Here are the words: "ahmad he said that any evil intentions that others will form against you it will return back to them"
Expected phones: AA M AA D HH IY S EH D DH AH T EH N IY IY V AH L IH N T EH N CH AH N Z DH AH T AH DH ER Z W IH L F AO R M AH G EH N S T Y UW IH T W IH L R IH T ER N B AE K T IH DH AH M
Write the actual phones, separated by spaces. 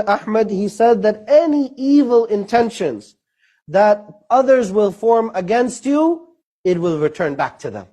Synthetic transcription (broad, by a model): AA M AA D HH IY S EH D DH AH T EH N IY IY V AH L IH N T EH N SH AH N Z DH AH T AH DH ER Z W IH L F AO R M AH G EH N S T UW IH T W IH L R IH T ER N B AE K T IH DH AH M